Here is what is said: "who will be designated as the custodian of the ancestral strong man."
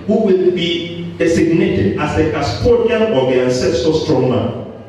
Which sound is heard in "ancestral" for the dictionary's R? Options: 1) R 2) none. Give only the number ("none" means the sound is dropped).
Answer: 2